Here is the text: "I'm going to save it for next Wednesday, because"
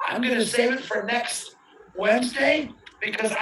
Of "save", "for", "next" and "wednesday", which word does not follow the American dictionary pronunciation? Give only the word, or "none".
save